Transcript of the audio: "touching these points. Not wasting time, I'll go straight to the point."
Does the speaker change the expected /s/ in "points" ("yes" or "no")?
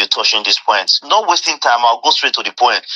yes